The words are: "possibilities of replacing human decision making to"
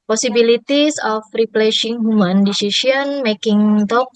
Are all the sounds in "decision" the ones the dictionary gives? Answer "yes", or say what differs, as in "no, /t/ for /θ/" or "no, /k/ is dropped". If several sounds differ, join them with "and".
no, /s/ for /ʒ/